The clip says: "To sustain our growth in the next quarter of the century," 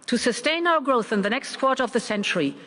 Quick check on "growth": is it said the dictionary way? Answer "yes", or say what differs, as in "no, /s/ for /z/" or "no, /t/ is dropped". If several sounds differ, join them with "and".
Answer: yes